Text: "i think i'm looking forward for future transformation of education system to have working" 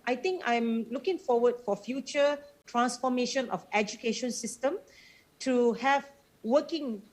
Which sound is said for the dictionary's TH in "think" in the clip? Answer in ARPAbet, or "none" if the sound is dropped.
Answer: T